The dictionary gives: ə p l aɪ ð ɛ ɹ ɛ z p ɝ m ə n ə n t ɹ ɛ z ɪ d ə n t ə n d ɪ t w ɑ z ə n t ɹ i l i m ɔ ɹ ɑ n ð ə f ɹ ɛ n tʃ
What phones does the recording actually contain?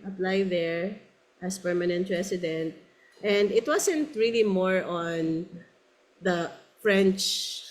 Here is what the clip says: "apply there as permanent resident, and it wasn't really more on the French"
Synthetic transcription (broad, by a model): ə p l aɪ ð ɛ ɹ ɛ s p ɝ m ə n ə n t ɹ ɛ s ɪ d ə n t ə n d ɪ t w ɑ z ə n t ɹ i l i m ɔ ɹ ɑ n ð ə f ɹ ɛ n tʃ